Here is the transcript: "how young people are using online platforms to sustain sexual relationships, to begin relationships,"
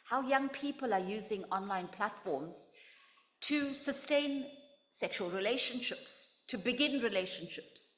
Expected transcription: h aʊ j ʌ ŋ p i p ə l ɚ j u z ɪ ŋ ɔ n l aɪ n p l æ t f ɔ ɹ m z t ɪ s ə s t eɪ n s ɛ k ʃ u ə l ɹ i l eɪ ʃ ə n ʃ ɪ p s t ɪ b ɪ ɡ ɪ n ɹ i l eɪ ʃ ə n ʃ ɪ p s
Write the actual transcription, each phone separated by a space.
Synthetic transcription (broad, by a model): h aʊ j ʌ ŋ p i p ə l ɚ j u z ɪ ŋ ɔ n l aɪ n p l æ t f ɔ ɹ m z t ɪ s ə s t eɪ n s ɛ k ʃ u ə l ɹ i l eɪ ʃ ə n ʃ ɪ p s t ɪ b ɪ ɡ ɪ n ɹ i l eɪ ʃ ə n ʃ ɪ p s